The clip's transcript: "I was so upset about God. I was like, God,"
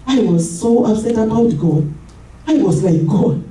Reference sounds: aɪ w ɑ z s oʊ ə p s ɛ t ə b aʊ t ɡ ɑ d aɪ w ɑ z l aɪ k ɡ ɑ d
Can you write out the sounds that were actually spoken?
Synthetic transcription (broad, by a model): aɪ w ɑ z s oʊ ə s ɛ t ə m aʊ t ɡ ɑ aɪ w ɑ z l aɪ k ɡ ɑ